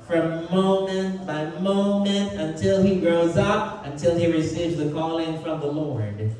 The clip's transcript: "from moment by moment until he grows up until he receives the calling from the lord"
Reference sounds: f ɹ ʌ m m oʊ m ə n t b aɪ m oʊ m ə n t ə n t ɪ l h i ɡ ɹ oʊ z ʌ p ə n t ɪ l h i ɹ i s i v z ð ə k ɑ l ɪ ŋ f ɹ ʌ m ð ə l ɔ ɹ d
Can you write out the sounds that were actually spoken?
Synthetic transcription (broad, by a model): f ɹ ʌ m m oʊ m ə n t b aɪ m oʊ m ə n t ə n t ɪ l i ɡ ɹ oʊ z ʌ p ə n t ɪ l i ɹ i s i v z ð ə k ɑ l ɪ ŋ f ɹ ʌ m ð ə l ɔ ɹ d